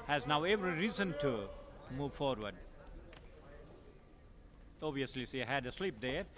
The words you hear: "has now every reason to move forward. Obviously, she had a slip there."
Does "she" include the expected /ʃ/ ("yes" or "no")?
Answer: no